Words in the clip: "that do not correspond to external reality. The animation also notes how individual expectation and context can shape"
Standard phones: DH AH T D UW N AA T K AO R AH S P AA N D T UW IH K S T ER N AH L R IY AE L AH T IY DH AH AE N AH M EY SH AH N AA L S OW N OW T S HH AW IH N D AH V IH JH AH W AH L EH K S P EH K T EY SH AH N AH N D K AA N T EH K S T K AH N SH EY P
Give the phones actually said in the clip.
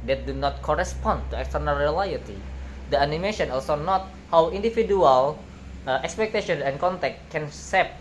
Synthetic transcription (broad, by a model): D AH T D UW N AA T K AO R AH S P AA N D T UW IH K S T ER N AH L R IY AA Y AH T IY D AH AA N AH M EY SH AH N AA L S OW N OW T HH AW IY N D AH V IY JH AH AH L EH K S P EH K T EY SH AH N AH N K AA N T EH K T K AH N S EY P